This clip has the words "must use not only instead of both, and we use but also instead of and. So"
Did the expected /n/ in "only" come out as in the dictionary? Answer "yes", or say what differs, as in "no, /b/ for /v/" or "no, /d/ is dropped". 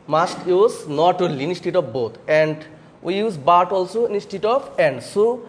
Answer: no, /n/ is dropped